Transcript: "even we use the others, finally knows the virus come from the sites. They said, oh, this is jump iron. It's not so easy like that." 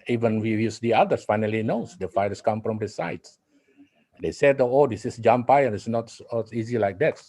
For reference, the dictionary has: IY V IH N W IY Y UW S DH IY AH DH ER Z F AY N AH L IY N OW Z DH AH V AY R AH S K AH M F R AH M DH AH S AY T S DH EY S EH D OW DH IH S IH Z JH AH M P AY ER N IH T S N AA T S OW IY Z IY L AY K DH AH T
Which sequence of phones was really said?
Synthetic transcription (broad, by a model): IY V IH N W IY Y UW S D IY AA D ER S F AY N AH L IY N OW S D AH F AY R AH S K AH M F R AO M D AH S AY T S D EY S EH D OW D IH S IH S JH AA M P AY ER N IH T S N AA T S IY Z IY L AY K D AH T